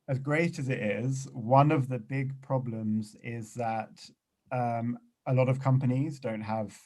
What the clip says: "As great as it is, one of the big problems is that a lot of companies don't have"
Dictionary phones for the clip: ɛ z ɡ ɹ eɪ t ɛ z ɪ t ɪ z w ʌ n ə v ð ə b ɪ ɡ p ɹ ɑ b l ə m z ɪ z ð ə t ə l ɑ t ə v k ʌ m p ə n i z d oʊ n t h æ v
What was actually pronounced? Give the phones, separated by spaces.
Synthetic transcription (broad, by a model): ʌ z ɡ ɹ eɪ t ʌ z ɪ t ɪ z w ʌ n ə v ð ə b ɪ ɡ p ɹ ɑ b l ə m z ɪ z ð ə t ə l ɑ t ə v k ʌ m p ə n i z d oʊ n t h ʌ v